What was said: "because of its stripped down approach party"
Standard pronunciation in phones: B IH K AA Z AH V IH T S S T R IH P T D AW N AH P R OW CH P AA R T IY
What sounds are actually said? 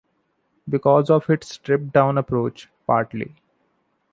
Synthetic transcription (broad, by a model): B IH K AA Z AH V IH T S S T R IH P D AW N AH P R OW CH P AA R T IY